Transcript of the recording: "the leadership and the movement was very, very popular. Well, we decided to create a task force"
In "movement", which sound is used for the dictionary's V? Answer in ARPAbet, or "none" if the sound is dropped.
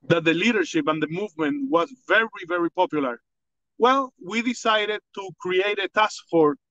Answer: V